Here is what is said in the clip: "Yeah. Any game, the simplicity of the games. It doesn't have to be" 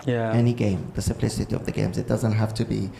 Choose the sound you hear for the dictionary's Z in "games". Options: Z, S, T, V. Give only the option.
Z